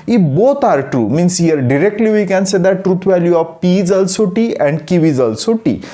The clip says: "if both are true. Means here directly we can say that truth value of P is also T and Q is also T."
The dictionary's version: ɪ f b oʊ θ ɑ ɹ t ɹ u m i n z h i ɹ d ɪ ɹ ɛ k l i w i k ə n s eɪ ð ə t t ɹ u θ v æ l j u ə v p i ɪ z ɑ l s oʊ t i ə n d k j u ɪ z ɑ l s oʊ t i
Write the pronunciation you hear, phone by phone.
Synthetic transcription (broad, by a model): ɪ b oʊ t ɑ ɹ t ɹ u m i n s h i ɹ d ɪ ɹ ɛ k l i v i k ə n s eɪ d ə t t ɹ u t v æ l j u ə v p i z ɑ l s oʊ t i ə n d k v ɪ z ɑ l s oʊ t i